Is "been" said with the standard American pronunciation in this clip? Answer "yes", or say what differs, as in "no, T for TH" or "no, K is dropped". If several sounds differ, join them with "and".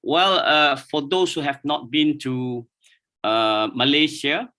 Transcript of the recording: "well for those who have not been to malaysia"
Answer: yes